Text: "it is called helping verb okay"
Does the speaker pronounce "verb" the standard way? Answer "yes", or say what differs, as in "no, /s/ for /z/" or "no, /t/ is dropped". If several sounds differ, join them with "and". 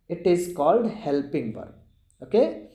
no, /b/ is dropped